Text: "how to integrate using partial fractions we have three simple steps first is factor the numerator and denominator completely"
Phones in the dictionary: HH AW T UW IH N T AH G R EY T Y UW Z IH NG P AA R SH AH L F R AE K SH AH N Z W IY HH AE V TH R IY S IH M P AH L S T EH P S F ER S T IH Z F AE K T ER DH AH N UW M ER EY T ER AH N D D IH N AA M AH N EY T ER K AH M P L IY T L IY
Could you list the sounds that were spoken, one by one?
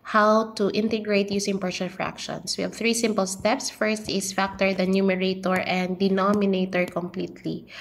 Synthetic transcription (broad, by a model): HH AW T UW IH N T AH G R EY T Y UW S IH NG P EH R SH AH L F R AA K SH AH N S W IY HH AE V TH R IY S IH M P AH L S T EH P S F ER S T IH S F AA K T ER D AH N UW M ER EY T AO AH N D D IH N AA M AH N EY T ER K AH M P L IY T L IY